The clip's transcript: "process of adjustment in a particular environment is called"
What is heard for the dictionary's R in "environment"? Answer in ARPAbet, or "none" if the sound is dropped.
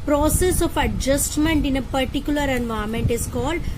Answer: none